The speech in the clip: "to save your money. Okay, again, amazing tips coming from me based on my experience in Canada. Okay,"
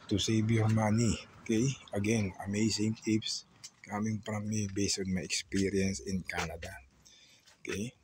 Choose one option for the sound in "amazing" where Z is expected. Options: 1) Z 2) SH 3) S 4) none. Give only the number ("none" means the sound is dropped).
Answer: 3